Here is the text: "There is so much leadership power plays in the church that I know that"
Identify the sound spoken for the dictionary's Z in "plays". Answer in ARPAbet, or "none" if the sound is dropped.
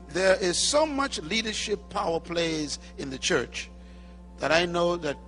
Z